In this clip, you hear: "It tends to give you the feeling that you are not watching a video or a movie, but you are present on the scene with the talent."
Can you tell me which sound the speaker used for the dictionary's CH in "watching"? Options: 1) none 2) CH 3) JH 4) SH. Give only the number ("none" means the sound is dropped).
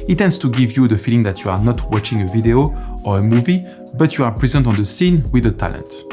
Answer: 2